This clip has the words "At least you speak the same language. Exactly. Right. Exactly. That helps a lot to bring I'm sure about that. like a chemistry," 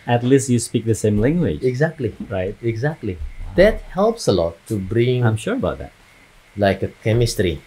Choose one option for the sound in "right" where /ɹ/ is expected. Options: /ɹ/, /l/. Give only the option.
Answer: /ɹ/